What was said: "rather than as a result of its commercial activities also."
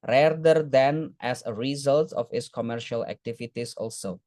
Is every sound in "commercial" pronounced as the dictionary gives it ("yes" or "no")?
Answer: yes